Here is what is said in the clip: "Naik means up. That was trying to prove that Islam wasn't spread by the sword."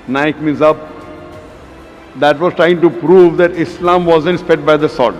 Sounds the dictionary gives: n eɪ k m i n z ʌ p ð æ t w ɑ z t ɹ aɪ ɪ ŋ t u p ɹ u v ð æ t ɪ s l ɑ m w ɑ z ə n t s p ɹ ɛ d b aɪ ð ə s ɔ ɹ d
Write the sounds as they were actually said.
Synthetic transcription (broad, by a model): n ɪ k m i n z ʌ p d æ t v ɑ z t ɹ aɪ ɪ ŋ t u p ɹ u v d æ t ɪ s l ɑ m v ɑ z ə n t s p ɛ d b aɪ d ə s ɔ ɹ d